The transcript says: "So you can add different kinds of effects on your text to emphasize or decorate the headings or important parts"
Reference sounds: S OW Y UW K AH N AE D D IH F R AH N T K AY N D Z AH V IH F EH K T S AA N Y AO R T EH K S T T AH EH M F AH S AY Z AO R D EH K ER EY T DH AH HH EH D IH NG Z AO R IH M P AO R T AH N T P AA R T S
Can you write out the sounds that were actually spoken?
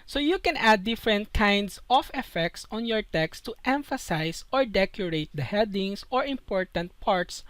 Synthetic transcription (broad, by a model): S OW Y UW K AH N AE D D IH F R AH N T K AY N D S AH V IH F EH K T S AA N Y AO R T EH K S T T EH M F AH S AY S AO R D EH K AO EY T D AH HH EH D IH NG S AO R IH M P AO R T AH N T P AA R T S